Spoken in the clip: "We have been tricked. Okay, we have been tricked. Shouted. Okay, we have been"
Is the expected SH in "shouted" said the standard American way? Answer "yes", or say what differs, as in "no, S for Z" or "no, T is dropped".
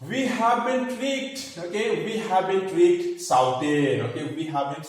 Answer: no, S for SH